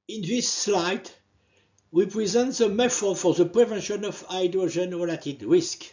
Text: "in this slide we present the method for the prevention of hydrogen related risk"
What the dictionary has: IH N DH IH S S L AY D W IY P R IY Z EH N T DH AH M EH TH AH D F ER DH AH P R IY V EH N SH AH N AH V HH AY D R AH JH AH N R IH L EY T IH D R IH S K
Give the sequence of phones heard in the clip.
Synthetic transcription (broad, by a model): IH N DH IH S S L AY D W IY P R IY Z EH N T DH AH M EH F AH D F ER DH AH P R IY V EH N SH AH N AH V AY D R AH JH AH N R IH L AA T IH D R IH S K